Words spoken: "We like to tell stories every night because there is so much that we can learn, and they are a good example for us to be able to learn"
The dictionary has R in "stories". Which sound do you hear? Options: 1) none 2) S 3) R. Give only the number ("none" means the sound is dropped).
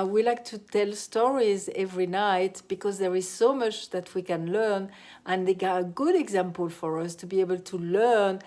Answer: 3